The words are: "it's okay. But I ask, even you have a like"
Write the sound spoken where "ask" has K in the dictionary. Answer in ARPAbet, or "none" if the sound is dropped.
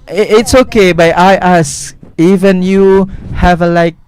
none